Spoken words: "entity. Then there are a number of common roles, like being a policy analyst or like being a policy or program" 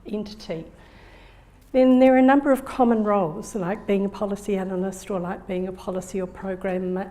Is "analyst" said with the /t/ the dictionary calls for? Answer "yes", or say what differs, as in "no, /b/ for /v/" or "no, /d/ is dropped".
yes